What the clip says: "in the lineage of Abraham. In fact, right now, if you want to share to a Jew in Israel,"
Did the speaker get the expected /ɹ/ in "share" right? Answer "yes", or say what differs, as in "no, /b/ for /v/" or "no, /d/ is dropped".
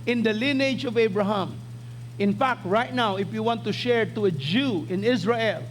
yes